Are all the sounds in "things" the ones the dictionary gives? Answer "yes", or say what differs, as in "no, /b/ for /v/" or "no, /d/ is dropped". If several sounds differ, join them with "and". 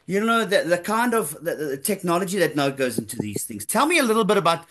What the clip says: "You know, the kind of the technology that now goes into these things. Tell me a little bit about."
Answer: yes